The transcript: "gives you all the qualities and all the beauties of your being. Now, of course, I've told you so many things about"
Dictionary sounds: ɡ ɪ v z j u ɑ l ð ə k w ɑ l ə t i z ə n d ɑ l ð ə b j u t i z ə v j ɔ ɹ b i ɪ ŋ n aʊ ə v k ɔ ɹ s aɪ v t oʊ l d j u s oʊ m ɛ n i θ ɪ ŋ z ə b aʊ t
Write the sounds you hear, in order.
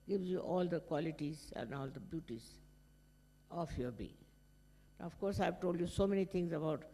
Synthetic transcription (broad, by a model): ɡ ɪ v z j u ɑ l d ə k w ɑ l ə t i z ə n d ɑ l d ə b j u t i z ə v j ɔ ɹ b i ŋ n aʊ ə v k ɔ ɹ s aɪ v t oʊ l d j u s oʊ m ɛ n i t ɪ ŋ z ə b aʊ t